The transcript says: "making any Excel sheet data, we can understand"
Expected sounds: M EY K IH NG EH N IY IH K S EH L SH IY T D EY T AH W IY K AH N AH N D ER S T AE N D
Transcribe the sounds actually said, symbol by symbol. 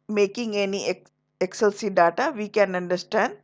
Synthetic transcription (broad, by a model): M EY K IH NG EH N IY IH K S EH L S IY D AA T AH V IY K AH N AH N D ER S T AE N D